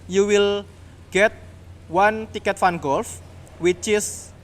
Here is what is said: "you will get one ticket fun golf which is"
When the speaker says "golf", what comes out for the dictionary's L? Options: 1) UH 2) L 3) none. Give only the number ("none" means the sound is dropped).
2